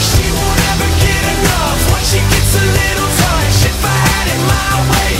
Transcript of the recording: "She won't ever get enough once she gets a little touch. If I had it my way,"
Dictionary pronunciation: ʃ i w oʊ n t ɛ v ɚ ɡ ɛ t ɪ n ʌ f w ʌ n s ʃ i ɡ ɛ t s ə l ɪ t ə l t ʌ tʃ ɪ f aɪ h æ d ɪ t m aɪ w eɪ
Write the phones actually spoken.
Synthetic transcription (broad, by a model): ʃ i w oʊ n ɛ v ɚ ɡ ɛ t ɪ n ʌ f w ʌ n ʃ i ɡ ɛ t s ə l ɪ t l s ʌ ʃ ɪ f aɪ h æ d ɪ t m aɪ w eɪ